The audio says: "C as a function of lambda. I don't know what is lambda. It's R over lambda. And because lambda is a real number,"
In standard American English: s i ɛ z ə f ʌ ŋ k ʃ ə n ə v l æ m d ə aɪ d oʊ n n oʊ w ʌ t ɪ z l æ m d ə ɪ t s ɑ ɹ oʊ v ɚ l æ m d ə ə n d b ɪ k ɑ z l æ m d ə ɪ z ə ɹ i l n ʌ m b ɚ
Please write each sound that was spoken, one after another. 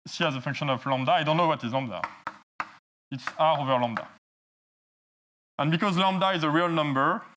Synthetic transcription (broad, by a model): s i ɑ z ə f ʌ ŋ k ʃ ə n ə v l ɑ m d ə aɪ d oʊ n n oʊ w ʌ t ɪ z l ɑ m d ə ɪ t s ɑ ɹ oʊ v ɚ l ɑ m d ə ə n b ɪ k ɑ z l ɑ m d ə ɪ z ə ɹ i l n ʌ m b ɚ